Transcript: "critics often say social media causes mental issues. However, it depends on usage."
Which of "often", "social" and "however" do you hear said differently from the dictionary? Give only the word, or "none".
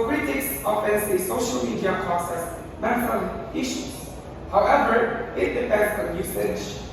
none